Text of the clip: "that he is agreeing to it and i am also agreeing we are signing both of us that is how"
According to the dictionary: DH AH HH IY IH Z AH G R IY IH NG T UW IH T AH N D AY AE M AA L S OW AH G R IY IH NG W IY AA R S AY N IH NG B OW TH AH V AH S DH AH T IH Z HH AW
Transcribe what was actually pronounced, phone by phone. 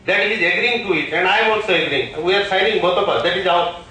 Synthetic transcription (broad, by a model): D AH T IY IH Z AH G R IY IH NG T UW IH T AH N D AY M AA N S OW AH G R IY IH NG W IY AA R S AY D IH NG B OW T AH P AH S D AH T IH Z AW